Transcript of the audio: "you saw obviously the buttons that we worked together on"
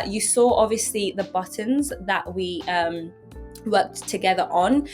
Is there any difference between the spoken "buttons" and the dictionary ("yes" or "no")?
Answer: no